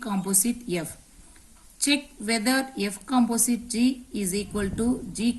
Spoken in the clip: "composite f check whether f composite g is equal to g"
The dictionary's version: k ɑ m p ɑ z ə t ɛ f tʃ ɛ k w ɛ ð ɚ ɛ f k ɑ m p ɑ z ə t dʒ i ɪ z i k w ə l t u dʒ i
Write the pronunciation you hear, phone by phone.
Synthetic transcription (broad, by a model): k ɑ m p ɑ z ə t ɛ f tʃ ɛ k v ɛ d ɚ ɛ f k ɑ m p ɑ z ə t dʒ i ɪ z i k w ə l t u dʒ i